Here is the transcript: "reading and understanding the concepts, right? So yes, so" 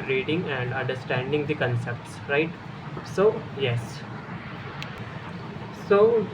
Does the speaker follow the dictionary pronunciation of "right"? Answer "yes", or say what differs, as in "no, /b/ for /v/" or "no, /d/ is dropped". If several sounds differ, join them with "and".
yes